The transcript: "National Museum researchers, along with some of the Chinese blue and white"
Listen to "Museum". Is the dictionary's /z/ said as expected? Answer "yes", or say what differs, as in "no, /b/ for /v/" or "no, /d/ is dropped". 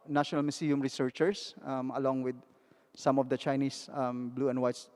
no, /s/ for /z/